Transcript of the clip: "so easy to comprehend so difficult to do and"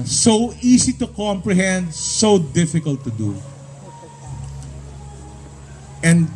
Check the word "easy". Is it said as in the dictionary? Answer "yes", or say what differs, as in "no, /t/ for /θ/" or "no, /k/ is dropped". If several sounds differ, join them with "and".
no, /s/ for /z/